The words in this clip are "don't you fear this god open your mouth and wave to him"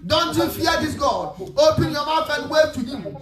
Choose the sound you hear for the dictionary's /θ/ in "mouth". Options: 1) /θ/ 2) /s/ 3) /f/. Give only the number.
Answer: 3